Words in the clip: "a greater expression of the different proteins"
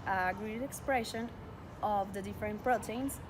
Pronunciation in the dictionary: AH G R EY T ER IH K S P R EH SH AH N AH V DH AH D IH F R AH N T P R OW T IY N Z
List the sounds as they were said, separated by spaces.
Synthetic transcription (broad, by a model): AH G R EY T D IH K S P R EH SH AH N AH V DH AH D IH F R AH N T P R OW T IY N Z